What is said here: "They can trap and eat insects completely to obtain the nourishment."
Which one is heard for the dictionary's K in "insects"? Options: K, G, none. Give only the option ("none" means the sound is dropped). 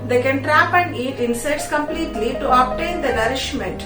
none